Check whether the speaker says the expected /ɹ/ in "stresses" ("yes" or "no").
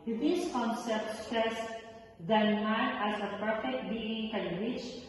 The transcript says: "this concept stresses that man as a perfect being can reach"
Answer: no